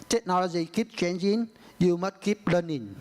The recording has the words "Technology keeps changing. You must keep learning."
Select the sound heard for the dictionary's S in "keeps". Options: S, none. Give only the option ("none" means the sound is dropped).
none